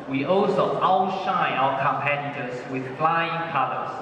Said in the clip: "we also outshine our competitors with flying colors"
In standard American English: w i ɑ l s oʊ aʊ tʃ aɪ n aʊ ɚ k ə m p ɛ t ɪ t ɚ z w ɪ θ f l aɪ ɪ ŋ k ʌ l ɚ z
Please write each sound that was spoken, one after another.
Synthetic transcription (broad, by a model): w i ɑ l s oʊ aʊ ʃ aɪ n aʊ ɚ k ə m p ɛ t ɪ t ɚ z w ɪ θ f l aɪ ɪ ŋ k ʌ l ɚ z